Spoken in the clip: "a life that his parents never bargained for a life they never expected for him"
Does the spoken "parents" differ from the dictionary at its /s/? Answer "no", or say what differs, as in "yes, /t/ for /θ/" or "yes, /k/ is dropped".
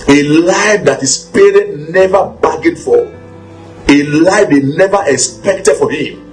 yes, /s/ is dropped